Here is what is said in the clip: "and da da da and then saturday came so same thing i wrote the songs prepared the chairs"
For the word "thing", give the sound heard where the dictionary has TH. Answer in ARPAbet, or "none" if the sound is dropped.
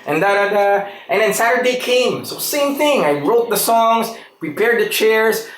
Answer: TH